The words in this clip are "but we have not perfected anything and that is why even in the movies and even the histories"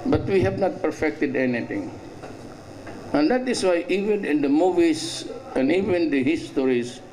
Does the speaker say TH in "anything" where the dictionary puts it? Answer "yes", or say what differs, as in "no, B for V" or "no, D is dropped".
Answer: no, T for TH